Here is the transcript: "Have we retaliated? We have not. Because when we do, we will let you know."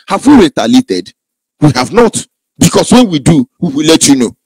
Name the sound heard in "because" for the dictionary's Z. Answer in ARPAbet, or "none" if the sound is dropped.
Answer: S